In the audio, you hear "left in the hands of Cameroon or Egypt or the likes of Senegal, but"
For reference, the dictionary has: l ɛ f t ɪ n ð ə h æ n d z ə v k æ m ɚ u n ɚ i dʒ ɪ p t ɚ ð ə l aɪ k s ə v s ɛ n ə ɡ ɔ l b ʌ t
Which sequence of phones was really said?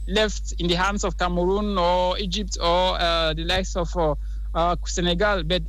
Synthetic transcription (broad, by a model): l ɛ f t ɪ n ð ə h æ n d s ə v k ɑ m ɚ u n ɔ i dʒ ɪ p t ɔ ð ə l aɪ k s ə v s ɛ n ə ɡ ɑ l b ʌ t